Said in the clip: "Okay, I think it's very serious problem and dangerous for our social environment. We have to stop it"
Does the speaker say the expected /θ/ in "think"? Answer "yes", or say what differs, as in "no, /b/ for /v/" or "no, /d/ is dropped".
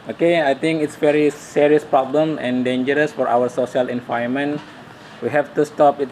no, /t/ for /θ/